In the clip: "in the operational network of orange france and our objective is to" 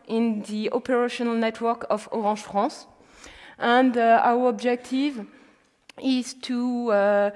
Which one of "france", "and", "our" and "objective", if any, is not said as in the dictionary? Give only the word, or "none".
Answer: france